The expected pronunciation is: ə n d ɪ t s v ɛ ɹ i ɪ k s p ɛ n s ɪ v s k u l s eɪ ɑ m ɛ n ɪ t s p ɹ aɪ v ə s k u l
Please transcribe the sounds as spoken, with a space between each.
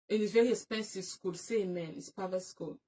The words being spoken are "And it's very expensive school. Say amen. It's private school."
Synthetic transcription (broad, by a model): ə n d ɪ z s v ɛ ɹ i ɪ s p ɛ n s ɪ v s k u l s eɪ m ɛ n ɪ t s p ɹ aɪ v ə s k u l